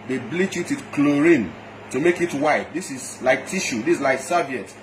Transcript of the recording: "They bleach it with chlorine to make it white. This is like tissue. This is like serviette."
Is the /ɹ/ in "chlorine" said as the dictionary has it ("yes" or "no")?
yes